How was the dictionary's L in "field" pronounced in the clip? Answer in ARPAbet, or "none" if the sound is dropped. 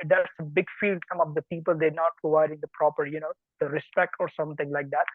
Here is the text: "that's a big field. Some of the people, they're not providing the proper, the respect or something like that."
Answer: L